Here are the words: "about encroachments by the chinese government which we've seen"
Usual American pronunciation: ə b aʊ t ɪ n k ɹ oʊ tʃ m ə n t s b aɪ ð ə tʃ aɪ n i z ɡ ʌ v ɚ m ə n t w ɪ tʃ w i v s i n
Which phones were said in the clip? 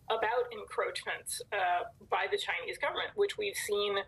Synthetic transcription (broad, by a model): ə b aʊ t ɪ n k ɹ oʊ tʃ m ə n t s b aɪ ð ə tʃ aɪ n i z ɡ ʌ v ɚ m ə n t w ɪ tʃ w i v s i n